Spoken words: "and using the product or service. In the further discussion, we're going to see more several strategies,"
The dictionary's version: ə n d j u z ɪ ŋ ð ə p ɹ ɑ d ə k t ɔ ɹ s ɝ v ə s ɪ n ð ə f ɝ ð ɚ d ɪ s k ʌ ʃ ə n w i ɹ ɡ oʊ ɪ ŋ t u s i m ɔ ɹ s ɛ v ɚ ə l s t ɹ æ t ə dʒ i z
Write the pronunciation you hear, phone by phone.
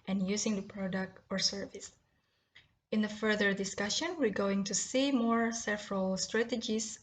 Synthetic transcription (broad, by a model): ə n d j u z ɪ ŋ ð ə p ɹ ɑ d ə k t ɔ ɹ s ɝ v ə s ɪ n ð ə f ɝ ð ɚ d ɪ s k ʌ ʃ ə n w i ɹ ɡ oʊ ɪ ŋ t u s i m ɔ ɹ s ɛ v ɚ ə l s t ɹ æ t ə dʒ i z